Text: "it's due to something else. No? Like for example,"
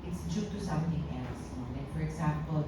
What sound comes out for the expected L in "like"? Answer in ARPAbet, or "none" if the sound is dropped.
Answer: N